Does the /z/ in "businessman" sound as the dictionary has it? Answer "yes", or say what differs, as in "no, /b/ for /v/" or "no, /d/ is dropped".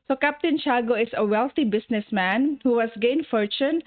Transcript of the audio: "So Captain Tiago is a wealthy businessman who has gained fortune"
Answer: no, /s/ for /z/